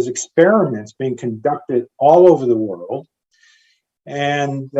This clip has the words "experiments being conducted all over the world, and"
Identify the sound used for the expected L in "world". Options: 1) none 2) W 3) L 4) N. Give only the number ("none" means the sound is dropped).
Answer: 3